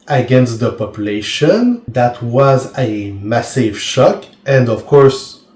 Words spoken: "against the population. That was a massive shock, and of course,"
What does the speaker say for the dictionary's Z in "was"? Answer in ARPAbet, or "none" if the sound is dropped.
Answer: Z